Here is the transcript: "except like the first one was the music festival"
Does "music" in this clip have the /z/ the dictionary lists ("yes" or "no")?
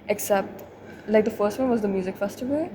yes